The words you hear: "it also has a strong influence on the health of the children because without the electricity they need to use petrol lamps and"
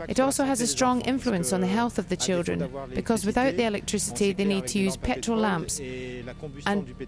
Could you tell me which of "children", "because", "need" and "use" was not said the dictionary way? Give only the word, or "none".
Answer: none